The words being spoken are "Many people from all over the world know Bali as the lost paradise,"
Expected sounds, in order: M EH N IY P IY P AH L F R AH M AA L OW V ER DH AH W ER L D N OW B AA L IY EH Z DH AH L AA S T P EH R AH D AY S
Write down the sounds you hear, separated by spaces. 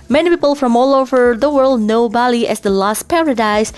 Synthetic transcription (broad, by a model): M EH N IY P IY P AH L F R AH M AA L OW V ER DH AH W ER L D N OW B AA L IY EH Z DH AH L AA S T P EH R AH D AY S